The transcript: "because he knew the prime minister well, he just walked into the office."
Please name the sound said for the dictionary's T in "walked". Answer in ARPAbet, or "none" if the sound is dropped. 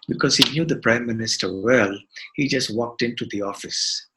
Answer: T